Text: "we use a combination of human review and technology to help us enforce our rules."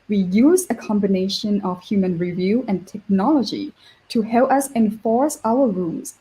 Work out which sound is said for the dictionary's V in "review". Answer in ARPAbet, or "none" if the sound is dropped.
V